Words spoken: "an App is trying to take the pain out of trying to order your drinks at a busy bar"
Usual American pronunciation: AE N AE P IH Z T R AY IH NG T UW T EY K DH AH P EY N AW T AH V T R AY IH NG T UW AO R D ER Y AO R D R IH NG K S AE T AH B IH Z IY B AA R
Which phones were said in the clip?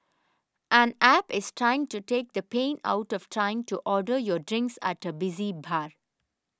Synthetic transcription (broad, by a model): AE N AE P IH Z T R AY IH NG T UW T EY K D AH P EY N AW T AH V T R AY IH NG T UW AO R D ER Y AO R D R IH NG K S AE T AH B IH Z IY B AA R